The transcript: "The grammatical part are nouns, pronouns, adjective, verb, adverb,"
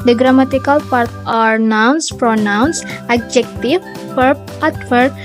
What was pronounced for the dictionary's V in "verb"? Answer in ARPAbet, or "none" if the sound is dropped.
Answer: P